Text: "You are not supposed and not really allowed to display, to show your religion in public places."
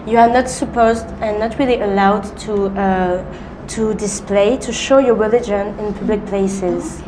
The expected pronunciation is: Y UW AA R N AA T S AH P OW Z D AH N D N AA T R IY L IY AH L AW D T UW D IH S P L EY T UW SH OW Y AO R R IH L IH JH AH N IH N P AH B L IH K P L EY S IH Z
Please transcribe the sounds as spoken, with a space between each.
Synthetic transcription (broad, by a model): Y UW AA R N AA T S AH P OW Z D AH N N AA T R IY L IY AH L AW D T UW D IH S P L EY T UW SH OW Y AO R R IH L IH JH AH N IH N P AH B L IH K P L EY S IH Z